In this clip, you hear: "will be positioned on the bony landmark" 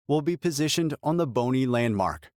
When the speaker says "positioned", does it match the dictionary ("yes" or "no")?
yes